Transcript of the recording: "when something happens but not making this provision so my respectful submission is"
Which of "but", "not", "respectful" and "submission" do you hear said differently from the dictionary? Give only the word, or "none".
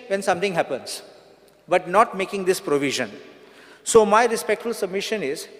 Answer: none